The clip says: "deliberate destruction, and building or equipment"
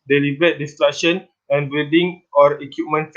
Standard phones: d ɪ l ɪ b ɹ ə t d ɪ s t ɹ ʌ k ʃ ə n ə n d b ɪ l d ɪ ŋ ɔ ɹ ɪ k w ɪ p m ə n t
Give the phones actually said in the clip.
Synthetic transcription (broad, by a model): d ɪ l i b ɹ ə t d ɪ s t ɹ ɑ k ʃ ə n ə n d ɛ d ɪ ŋ ɔ ɹ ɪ k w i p m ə n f